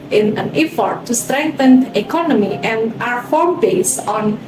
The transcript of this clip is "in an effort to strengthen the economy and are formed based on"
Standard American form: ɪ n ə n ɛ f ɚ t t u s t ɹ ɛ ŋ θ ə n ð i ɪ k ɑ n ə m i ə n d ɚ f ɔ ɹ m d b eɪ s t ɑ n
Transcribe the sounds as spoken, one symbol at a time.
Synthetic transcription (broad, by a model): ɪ n ə n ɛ f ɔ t t u s t ɹ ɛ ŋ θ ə n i k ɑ n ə m i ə n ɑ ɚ f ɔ ɹ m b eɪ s ɑ n